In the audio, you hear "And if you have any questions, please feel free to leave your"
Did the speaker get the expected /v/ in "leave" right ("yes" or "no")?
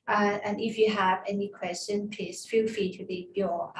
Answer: no